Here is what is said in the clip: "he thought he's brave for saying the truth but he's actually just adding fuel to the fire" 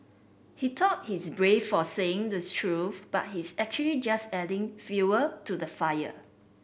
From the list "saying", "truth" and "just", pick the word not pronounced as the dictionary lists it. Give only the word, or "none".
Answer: truth